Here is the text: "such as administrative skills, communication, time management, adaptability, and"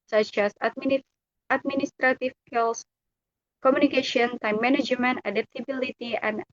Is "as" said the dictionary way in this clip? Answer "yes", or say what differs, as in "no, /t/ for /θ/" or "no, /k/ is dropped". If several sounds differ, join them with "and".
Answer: no, /s/ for /z/